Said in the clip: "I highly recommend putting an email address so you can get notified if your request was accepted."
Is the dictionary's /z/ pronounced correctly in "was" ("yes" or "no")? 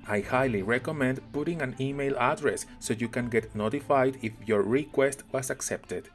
no